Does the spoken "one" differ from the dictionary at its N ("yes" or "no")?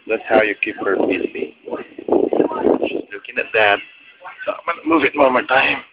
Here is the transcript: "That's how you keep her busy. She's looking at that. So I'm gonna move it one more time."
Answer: yes